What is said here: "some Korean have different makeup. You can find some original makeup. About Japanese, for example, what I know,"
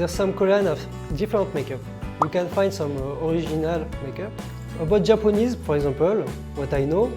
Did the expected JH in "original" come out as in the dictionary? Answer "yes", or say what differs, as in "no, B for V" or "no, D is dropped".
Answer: no, ZH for JH